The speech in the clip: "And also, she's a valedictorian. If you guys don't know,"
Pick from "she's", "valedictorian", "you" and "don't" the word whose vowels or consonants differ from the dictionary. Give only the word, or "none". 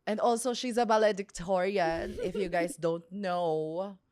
valedictorian